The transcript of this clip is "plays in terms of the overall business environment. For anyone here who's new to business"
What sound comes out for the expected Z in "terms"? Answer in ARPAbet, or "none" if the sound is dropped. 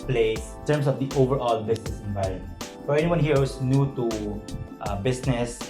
S